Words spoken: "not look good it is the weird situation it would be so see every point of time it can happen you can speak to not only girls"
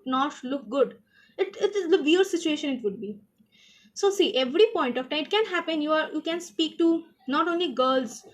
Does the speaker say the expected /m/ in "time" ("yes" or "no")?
no